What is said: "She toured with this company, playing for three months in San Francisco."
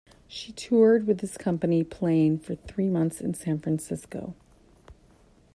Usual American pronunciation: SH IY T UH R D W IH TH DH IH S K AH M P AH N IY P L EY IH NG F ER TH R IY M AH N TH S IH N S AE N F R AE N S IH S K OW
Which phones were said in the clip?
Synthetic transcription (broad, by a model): SH IY T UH R D W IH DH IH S K AH M P AH N IY P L EY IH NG F ER TH R IY M AH N TH S IH N S AE N F R AE N S IH S K OW